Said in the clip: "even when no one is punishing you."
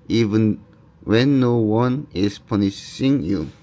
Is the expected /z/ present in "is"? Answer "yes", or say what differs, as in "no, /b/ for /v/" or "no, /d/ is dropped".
no, /s/ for /z/